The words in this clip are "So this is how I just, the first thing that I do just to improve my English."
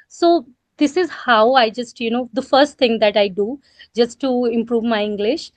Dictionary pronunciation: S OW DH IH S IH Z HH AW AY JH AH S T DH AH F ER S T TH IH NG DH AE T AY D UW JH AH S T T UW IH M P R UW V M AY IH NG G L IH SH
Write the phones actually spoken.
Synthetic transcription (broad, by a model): S OW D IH S IH Z HH AW AY JH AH S T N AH F ER S T T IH NG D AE T AY D UW JH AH S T T UW IH M P R UW V M AY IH NG G L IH SH